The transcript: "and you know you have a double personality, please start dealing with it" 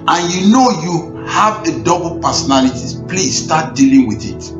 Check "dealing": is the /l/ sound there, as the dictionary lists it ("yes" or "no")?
yes